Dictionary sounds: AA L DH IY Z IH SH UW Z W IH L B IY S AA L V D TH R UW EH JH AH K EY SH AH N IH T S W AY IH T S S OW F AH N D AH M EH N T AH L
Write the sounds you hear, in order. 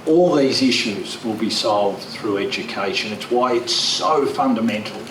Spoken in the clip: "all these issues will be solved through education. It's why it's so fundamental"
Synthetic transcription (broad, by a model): AA L DH IY Z IH SH UW Z W IH L B IY S AA L V D TH R UW EH JH AH K EY SH AH N IH T S W AY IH T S S OW F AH N D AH M EH N T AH L